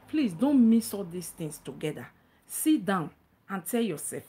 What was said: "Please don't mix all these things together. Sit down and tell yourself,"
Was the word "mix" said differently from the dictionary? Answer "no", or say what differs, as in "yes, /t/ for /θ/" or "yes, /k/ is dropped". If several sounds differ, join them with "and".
yes, /k/ is dropped